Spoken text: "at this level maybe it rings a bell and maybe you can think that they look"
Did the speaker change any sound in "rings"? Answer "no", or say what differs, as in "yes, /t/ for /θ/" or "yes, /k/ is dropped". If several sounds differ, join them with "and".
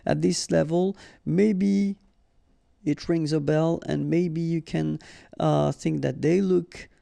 no